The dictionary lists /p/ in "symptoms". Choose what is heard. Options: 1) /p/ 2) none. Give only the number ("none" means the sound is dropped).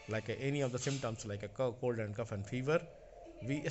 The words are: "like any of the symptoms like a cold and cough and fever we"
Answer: 2